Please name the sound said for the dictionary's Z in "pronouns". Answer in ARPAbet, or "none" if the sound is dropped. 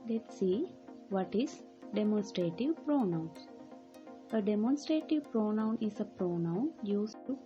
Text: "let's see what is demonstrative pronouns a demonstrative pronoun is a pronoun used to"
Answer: none